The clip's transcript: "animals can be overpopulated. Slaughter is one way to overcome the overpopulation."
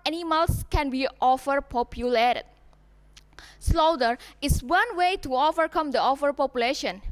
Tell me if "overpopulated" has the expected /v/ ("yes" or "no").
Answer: no